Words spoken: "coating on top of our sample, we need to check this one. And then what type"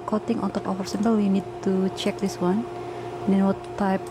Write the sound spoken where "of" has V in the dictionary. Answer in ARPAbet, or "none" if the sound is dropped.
F